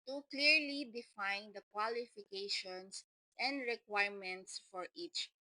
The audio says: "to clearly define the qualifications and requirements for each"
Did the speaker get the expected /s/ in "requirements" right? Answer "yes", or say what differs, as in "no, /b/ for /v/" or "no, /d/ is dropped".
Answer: yes